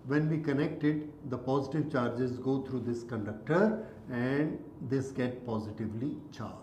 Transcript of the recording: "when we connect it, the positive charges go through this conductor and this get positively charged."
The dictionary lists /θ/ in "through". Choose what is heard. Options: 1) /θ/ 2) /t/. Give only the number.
2